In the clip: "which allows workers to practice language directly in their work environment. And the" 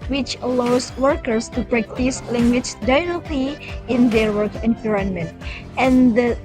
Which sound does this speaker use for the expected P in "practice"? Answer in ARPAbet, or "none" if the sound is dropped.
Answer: B